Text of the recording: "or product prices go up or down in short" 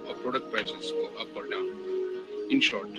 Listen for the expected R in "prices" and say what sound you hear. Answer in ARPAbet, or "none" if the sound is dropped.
none